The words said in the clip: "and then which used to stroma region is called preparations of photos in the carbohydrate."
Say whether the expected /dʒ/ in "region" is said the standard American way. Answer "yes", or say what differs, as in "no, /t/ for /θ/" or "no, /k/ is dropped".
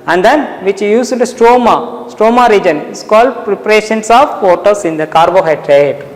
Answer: yes